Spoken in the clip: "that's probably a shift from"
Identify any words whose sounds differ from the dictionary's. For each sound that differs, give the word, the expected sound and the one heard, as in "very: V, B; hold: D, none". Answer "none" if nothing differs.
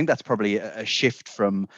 none